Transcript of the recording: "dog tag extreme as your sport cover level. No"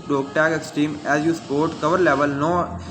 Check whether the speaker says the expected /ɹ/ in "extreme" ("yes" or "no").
no